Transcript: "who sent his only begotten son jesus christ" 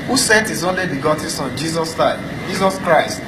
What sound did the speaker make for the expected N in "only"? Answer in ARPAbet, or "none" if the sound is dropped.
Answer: N